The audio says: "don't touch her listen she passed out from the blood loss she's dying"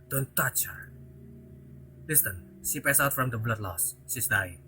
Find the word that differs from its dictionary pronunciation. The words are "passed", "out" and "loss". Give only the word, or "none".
passed